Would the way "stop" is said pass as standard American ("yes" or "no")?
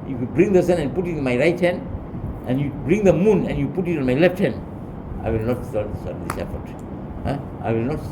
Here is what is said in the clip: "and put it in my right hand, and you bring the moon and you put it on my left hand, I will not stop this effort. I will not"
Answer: no